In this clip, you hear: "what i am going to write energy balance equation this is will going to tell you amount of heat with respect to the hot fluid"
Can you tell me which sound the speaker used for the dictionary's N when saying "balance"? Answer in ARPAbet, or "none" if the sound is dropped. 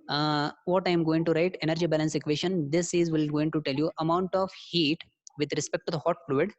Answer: N